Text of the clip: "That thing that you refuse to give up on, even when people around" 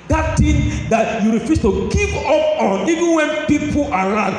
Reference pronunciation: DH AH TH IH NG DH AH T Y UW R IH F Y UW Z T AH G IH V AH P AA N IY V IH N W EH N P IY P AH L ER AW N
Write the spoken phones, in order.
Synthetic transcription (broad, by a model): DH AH T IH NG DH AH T Y UW R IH F Y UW S T AH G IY P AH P AA N IY V IH N W EH N P IY P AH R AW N